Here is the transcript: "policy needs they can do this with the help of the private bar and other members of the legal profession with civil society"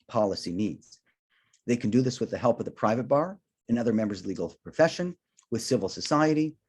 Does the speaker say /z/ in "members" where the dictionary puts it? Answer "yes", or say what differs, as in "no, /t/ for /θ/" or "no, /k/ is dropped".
yes